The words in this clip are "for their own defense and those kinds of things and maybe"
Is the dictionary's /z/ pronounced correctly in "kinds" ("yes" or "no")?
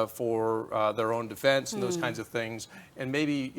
yes